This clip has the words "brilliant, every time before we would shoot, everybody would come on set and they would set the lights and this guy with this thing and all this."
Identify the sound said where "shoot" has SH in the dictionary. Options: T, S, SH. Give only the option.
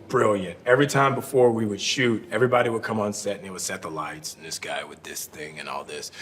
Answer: SH